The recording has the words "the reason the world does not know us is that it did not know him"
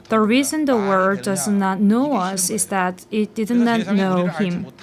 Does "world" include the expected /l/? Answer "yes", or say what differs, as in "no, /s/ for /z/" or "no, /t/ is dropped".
no, /l/ is dropped